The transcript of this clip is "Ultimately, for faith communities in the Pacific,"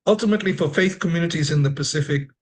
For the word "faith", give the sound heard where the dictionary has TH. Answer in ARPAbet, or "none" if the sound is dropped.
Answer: TH